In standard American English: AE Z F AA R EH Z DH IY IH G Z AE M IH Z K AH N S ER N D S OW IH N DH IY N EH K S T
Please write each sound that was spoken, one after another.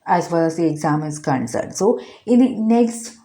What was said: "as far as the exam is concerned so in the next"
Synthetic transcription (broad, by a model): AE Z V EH L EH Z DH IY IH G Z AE M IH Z K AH N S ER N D S OW IH N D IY N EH K S T